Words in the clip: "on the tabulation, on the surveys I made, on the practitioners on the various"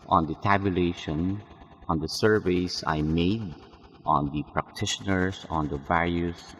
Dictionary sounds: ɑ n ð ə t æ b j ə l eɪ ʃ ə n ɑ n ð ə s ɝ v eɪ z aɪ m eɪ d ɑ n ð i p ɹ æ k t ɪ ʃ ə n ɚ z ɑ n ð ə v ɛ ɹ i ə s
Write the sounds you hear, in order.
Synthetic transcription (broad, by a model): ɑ n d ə t æ b j ə l eɪ ʃ ə n ɑ n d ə s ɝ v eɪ s aɪ m eɪ d ɑ n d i p ɹ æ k t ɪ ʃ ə n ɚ s ɑ n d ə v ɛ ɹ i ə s